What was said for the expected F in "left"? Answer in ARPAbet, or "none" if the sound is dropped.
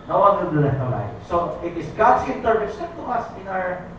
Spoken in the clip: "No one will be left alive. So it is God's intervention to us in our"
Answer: none